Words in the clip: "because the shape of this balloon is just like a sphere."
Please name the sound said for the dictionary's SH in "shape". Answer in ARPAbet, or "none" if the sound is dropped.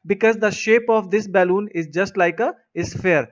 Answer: SH